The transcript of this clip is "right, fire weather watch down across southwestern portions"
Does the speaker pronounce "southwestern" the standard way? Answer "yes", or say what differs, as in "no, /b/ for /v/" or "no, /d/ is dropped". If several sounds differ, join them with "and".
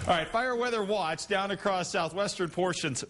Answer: yes